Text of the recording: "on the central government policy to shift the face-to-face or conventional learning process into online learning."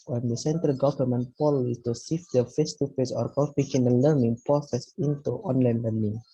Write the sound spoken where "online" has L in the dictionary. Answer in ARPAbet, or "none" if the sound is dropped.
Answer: L